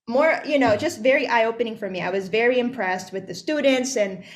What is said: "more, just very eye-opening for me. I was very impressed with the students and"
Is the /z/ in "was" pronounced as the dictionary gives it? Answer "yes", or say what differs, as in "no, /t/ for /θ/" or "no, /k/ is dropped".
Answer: yes